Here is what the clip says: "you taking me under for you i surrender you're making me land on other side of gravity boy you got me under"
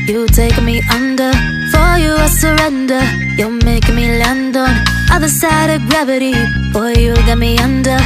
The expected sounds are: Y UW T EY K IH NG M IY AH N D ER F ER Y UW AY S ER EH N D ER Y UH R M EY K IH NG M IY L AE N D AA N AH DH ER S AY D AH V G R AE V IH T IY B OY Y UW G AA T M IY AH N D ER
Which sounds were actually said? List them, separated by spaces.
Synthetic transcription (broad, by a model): Y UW T EY IH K M IY AH N D ER F ER Y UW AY S ER EH N D ER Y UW L M EY IH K M IY L AE N D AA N AH DH ER S AY D AH V G R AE V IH T IY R Y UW G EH T M IY AH N D ER